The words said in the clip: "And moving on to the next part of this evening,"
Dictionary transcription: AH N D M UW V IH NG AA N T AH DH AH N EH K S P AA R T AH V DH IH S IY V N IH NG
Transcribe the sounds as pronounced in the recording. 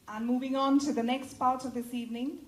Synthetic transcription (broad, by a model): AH N M UW V IH NG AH N T AH DH AH N EH K S P AA R T AH V DH IH S IY V N IH NG